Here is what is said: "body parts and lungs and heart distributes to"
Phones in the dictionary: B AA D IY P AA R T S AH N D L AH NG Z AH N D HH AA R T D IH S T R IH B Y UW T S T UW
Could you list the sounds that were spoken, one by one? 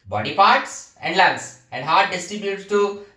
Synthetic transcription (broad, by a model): B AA D IY P AA R T S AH N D L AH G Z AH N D HH AA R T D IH S T IH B Y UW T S T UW